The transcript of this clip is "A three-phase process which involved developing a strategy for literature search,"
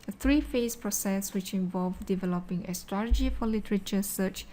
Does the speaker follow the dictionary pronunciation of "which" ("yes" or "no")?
yes